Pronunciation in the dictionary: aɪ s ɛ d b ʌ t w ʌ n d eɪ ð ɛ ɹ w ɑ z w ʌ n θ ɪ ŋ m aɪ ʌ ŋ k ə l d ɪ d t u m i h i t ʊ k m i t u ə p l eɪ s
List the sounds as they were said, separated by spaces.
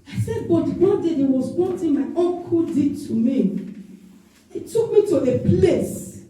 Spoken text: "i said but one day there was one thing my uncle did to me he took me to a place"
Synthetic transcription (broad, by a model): aɪ s ɛ d b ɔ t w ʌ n d eɪ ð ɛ w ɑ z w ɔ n t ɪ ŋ m aɪ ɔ k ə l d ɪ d t u m i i t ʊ k m i t u ə p l eɪ s